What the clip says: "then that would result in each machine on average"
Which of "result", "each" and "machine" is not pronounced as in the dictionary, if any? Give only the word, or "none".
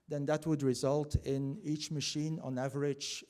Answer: none